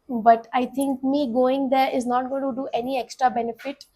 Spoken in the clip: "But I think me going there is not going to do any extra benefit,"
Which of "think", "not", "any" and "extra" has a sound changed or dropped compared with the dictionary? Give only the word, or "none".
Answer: think